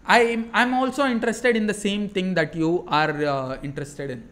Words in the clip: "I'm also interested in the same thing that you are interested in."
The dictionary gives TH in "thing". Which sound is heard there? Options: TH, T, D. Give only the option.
T